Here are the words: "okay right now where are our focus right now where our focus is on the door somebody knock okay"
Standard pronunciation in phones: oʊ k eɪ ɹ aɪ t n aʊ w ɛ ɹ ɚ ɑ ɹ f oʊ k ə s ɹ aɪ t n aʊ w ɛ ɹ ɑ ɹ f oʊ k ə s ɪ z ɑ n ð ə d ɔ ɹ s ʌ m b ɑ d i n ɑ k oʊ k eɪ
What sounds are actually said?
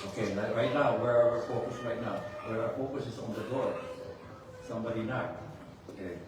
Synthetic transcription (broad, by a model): oʊ k eɪ ɹ aɪ t n aʊ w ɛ ɹ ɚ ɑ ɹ f oʊ k ə s ɹ aɪ t n aʊ w ɛ ɹ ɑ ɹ f oʊ k ə s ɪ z ɑ n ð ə d ɔ ɹ s ʌ m b ɑ d i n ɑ oʊ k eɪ